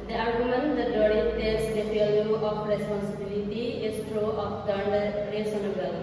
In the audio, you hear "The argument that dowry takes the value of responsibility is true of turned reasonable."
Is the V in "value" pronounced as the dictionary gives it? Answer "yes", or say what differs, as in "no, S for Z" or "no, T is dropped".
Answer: no, F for V